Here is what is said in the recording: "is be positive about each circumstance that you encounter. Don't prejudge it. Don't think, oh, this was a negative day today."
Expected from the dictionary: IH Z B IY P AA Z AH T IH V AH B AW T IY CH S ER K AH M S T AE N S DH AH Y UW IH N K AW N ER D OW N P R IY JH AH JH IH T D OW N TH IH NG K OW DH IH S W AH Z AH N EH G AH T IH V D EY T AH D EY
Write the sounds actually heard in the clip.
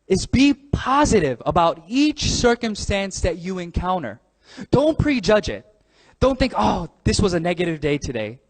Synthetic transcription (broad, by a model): IH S B IY P AA Z AH T IH V AH B AW T IY CH S ER K AH M S T AE N S DH AH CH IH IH N K AW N ER D OW N P R IY JH AH JH IH T D OW N TH IH NG K OW DH IH S W AH Z AH N EH G AH T IH V D EY T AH D EY